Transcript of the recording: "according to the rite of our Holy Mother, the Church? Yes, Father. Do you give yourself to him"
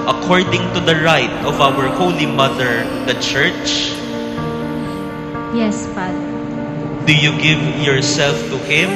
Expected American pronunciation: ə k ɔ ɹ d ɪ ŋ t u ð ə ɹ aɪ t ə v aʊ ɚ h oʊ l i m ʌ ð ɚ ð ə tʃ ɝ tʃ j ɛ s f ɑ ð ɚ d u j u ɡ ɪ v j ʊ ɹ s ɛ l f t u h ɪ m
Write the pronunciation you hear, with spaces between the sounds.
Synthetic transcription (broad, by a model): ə k ɔ ɹ d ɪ ŋ t u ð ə ɹ aɪ t ə v aʊ ɚ h oʊ l i m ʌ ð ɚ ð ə tʃ ɝ tʃ j ɛ s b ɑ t d u j u ɡ ɪ v j ʊ ɹ s ɛ l f t u h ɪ m